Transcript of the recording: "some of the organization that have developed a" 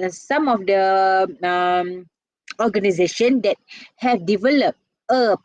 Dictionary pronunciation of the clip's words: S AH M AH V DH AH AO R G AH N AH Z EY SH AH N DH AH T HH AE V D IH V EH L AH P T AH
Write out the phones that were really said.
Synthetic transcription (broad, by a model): S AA M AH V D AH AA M G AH N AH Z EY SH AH N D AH T HH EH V D IH V EH L AH P T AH